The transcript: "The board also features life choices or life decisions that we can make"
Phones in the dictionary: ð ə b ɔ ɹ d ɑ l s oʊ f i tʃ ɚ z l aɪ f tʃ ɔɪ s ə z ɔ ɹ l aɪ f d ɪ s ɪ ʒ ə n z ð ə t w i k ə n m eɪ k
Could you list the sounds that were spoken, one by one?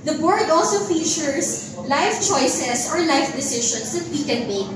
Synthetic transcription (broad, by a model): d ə b ɔ ɹ d ɑ l s oʊ f i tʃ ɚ s l aɪ f tʃ ɔɪ s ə s ɔ ɹ l aɪ f d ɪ s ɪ ʃ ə n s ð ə t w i k ə n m eɪ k